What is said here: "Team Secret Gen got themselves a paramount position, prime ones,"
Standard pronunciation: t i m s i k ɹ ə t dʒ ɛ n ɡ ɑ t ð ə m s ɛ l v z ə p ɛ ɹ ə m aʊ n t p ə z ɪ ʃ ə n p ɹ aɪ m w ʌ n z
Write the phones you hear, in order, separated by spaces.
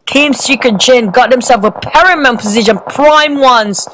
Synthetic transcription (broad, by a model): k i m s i k ə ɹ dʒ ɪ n ɡ ɑ t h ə m s ɛ l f ə p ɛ ɹ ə m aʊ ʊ p ə z ɪ ʃ ə n p ɹ aɪ m w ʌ n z